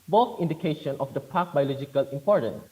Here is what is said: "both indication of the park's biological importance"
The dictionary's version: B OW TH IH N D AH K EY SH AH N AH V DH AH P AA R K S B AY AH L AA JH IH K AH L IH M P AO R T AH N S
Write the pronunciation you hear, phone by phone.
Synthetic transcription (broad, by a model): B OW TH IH N D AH K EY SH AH N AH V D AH P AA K B AY AH L AA JH IH K AH L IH M P AO R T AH N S